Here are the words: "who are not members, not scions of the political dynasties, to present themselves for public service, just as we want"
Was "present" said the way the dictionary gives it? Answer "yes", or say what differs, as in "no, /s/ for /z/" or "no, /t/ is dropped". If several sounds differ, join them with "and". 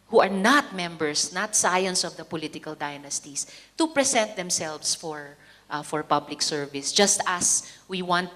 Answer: no, /s/ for /z/